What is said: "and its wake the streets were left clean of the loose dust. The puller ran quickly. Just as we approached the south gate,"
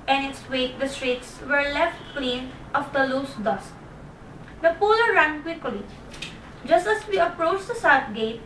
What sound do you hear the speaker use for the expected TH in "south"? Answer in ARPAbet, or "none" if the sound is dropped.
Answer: T